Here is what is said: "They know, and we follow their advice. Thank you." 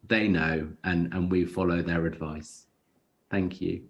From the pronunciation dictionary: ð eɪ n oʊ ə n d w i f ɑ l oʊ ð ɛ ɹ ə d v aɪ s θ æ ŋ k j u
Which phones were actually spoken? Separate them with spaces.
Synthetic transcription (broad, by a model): ð eɪ n oʊ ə n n w i f ɑ l oʊ ð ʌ ɹ ə d v aɪ s θ æ ŋ k j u